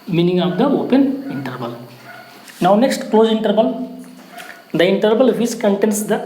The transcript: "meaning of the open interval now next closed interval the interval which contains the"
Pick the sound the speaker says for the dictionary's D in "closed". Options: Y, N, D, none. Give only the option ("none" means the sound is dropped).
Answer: none